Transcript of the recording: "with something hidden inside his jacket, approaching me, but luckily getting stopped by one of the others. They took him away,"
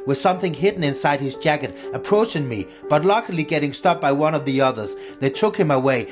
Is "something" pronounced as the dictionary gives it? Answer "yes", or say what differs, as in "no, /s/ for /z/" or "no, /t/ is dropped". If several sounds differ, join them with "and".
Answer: yes